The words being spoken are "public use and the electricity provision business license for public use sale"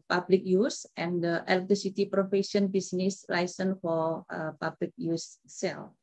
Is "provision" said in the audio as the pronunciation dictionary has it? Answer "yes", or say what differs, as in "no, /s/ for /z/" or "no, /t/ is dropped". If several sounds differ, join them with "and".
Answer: no, /f/ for /v/ and /ʃ/ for /ʒ/